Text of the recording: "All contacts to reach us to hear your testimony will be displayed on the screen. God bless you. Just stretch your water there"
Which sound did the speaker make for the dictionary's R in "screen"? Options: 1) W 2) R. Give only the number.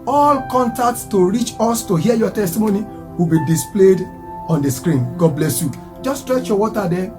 2